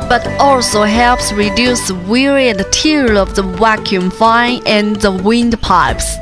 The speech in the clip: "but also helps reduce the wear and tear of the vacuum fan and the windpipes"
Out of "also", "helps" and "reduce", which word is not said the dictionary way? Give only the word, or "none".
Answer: none